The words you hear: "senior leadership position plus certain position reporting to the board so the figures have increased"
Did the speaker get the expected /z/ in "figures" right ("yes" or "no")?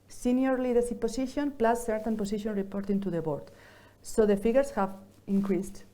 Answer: no